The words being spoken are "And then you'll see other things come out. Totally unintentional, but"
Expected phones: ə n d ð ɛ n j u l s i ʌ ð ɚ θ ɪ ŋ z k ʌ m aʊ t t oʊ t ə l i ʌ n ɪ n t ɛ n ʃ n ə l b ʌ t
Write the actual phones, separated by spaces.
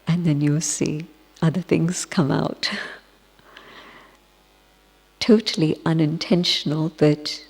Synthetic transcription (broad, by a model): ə n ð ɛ n j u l s i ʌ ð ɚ θ ɪ ŋ z k ʌ m aʊ t t oʊ t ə l i ʌ n ɪ n t ɛ n ʃ n ə l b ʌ t